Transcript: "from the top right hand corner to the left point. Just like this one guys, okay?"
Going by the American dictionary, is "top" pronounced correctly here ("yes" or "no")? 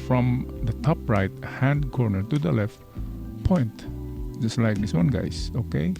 yes